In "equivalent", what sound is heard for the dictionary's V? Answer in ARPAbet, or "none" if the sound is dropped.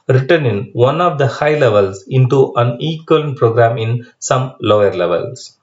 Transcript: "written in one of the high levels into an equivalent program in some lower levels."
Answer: none